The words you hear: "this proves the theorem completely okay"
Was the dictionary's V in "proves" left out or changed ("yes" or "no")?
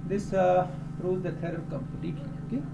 yes